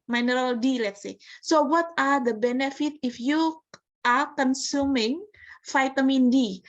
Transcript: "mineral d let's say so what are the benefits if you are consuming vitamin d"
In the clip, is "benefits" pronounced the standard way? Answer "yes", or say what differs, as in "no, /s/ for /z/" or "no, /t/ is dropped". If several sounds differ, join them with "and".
no, /s/ is dropped